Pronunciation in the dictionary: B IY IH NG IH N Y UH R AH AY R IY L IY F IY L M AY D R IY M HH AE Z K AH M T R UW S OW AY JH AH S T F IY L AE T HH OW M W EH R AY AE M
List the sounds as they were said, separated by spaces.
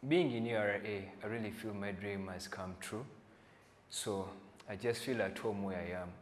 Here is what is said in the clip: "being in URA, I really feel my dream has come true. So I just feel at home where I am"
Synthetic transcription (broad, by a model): B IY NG IH N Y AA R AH AY R IY L IY F IY L M AY D R IY M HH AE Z K AH M T R UW S OW AY JH AH S T F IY L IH T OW M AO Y AY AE M